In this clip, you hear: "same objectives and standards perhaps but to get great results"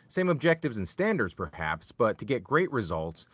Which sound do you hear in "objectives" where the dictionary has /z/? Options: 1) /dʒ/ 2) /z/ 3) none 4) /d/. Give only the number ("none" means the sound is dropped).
2